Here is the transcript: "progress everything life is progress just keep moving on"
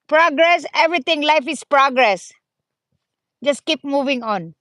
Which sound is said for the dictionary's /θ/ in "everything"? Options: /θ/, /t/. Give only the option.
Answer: /t/